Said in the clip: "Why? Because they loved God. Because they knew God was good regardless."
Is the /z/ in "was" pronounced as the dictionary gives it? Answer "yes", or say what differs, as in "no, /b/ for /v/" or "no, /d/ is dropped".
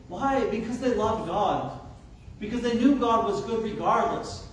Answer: yes